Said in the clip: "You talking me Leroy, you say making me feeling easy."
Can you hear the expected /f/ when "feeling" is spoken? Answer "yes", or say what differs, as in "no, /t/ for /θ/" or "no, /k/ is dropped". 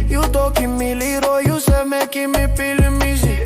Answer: no, /p/ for /f/